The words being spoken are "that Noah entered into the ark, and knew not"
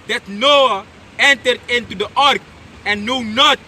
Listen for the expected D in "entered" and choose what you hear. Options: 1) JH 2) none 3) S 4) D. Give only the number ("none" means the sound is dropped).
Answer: 4